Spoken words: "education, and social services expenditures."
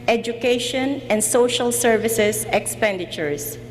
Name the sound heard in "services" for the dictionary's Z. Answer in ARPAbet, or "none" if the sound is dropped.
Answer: S